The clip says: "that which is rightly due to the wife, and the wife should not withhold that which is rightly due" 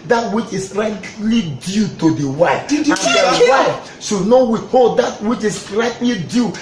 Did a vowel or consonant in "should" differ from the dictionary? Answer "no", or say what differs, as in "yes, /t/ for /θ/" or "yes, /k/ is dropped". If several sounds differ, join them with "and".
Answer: yes, /s/ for /ʃ/